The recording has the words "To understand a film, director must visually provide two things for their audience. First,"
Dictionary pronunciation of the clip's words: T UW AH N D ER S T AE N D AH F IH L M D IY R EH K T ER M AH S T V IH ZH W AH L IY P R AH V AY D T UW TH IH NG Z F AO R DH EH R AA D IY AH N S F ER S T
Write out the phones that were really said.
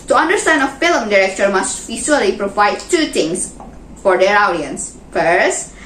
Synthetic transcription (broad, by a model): T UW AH N D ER S T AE N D AH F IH L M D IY R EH K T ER M AH S T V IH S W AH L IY P R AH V AY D T UW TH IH NG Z F AO R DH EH R AA D IY AH N S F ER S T